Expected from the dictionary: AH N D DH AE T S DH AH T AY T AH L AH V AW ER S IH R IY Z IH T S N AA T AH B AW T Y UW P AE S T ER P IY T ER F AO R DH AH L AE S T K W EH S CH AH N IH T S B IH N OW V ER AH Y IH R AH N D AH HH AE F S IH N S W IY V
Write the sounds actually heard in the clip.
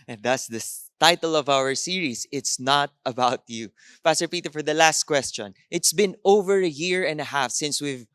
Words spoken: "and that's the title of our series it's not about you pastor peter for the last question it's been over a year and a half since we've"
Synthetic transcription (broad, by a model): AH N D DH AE T S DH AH T AY T AH L AH V AW ER S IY R IY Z IH T S N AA T AH B AW T Y UW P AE S T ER P IY T ER F AO R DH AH L AE S T K W EH S CH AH N IH T S B IH N OW V ER AH Y IH R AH N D AH HH AE F S IH N S W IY V